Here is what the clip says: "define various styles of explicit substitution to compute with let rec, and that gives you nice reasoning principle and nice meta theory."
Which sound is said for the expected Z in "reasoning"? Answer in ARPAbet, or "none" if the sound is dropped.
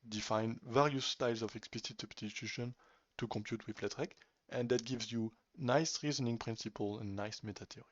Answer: Z